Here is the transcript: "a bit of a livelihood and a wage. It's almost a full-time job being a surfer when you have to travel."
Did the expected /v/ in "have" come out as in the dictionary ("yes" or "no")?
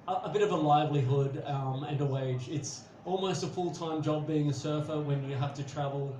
no